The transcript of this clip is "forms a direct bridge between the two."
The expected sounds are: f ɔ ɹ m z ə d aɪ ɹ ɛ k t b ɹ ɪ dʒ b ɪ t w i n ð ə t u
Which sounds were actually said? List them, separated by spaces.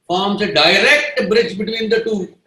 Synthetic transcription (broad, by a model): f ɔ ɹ m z ə d aɪ ɹ ɛ k t b ɹ ɪ dʒ b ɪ t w i n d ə t u